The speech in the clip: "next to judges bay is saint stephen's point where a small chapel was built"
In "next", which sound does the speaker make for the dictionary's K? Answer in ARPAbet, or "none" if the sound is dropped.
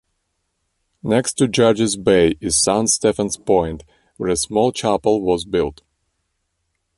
K